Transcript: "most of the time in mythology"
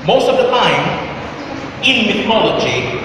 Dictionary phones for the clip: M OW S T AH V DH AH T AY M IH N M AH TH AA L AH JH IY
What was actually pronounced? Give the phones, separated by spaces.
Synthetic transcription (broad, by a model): M OW S T AH V DH AH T AY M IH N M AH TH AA L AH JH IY